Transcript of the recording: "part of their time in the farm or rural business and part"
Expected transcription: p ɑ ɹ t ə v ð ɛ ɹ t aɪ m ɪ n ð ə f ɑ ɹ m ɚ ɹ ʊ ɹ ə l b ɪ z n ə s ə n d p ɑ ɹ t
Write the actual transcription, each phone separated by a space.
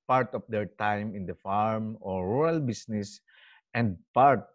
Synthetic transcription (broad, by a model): p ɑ ɹ t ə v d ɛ ɹ t aɪ m ɪ n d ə f ɑ ɹ m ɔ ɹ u ɹ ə l b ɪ s n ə s ə n d p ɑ ɹ t